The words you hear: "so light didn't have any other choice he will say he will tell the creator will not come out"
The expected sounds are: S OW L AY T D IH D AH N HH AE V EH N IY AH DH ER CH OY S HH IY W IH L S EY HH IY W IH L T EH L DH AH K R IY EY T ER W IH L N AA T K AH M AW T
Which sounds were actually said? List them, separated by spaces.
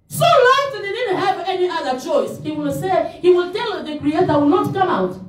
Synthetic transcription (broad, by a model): S OW L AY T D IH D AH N HH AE V EH N IY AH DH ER CH OY S HH IY W IH L S EY HH IY W IH L T EH L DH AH K R IY EY T ER W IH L N AA T K AH M AW T